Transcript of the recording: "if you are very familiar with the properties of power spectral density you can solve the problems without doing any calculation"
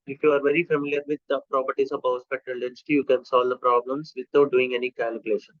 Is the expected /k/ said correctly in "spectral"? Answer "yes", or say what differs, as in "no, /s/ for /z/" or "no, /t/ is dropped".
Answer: no, /k/ is dropped